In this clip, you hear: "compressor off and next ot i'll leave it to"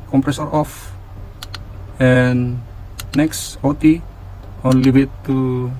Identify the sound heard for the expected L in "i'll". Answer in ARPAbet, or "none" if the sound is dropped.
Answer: N